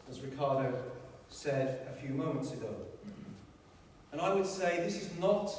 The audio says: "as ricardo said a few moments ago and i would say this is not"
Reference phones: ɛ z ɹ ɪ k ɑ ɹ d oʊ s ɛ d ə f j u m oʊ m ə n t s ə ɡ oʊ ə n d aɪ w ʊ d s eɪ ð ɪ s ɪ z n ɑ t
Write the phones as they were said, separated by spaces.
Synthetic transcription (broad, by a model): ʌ z ɹ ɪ k ɑ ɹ d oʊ s ɛ d ə f j u m oʊ m ə n t s ə ɡ oʊ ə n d aɪ w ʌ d s eɪ ð ɪ s ɪ z n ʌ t